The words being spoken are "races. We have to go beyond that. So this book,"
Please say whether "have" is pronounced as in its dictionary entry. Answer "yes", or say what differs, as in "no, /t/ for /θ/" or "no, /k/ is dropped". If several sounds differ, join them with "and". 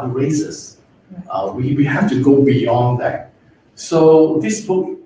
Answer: no, /f/ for /v/